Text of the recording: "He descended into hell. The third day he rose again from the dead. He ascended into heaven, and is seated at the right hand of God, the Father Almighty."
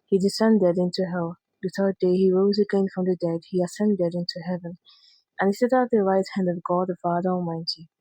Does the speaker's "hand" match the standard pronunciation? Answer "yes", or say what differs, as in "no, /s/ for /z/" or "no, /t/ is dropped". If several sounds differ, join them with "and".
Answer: yes